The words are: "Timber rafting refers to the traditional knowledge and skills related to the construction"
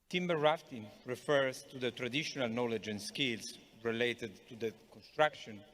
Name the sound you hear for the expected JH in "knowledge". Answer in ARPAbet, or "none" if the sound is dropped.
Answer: JH